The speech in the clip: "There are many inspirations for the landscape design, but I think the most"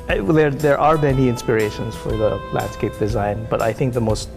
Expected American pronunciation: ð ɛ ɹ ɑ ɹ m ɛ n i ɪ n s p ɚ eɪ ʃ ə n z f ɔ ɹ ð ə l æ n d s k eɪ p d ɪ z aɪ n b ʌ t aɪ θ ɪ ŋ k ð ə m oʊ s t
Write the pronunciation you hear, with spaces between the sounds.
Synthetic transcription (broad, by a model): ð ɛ ɹ ɑ ɹ m ɛ n i ɪ n s p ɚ eɪ ʃ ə n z f ɔ ɹ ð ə l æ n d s k eɪ p d ɪ z aɪ n b ʌ t aɪ θ ɪ ŋ k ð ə m oʊ s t